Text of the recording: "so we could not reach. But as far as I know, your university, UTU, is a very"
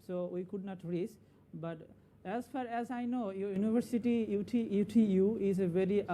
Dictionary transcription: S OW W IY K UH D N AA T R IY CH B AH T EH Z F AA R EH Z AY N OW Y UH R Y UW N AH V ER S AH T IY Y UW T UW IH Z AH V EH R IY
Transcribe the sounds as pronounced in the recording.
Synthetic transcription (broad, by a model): S OW W IY K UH D N AA T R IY S B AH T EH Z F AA R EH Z AY N OW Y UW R Y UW N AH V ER S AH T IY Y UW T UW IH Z AH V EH R IY